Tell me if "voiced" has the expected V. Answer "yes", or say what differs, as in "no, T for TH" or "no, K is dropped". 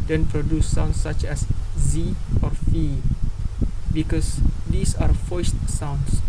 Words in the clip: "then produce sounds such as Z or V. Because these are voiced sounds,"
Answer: no, F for V